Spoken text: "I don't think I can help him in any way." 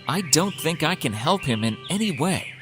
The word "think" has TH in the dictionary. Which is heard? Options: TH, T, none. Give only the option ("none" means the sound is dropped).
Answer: TH